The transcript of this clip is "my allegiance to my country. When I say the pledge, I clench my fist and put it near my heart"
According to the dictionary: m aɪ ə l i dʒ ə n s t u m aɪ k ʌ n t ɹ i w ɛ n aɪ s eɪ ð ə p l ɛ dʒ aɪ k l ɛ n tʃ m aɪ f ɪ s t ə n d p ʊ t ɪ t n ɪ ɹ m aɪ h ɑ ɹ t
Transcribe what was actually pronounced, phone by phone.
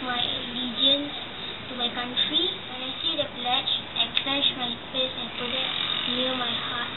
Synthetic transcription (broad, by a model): m aɪ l i dʒ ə n s t u m aɪ k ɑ n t ɹ i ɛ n aɪ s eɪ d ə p l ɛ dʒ aɪ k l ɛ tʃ m aɪ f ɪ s ə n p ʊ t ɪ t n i m aɪ h ɑ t